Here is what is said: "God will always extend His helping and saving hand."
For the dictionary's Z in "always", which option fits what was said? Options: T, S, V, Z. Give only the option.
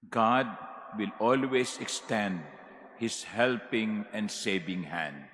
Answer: S